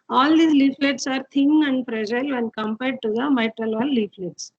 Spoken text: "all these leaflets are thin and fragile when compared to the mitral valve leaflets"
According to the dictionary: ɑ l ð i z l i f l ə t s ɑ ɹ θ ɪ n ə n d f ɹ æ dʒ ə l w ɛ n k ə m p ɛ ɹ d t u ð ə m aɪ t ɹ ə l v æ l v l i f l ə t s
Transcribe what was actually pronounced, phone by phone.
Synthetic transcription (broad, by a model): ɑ l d i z l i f l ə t s ɑ ɹ t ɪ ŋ ə n d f ɹ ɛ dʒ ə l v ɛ n k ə m p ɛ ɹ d t u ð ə m aɪ t ɹ ə l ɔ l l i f l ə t s